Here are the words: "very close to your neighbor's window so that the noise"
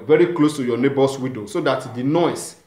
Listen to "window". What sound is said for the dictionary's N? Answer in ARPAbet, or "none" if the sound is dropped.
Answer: none